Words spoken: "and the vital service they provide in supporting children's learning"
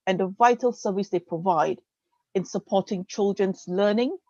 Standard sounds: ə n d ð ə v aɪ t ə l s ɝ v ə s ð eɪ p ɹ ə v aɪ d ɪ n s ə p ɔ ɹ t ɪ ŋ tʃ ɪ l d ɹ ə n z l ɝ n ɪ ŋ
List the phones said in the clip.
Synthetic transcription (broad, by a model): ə n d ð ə v aɪ t ə l s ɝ v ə s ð eɪ p ɹ ə v aɪ d ɪ n s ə p ɔ t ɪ ŋ tʃ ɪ l d ɹ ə n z l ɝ n ɪ ŋ